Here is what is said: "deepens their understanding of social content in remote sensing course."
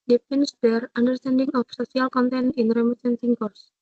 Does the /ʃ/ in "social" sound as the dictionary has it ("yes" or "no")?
no